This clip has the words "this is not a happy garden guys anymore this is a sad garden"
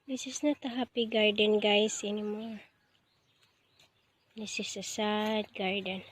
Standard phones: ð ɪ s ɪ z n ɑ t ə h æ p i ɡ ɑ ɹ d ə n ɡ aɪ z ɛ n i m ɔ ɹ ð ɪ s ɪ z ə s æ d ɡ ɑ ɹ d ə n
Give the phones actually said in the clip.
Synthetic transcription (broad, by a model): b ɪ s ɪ s n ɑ t ə h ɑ p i ɡ ɑ ɹ d ə n ɡ aɪ s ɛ n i m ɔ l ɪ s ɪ s ə s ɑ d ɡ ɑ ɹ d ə n